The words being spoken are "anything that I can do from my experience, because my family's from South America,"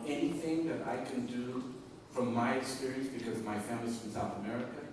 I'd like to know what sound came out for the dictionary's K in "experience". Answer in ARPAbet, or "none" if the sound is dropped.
none